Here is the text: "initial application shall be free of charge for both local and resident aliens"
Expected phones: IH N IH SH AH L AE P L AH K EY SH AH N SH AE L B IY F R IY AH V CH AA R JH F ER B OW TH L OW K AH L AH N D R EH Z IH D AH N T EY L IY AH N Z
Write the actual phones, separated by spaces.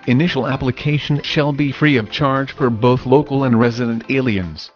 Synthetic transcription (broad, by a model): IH N IH SH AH L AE P L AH K EY SH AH N SH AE L B IY F R IY AH V CH AA R JH F ER B OW TH L OW K L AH N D R EH Z IH D AH N T EY L IY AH N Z